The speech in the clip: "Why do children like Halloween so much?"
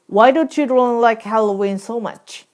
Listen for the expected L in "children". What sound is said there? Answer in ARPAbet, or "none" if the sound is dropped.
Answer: none